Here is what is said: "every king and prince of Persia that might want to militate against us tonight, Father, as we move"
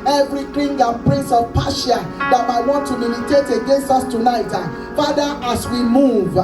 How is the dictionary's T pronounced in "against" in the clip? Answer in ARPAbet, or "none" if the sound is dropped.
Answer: none